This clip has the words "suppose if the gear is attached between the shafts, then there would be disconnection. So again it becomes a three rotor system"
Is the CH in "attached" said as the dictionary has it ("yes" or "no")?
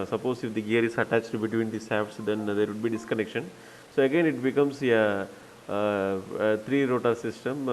yes